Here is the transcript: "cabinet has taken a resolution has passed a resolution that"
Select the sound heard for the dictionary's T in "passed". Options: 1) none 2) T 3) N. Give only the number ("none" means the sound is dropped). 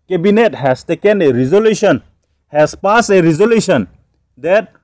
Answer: 1